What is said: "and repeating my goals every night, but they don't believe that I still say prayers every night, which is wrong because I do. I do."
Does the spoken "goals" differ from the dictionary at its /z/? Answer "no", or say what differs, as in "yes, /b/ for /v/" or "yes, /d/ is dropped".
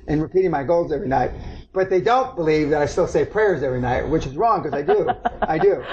no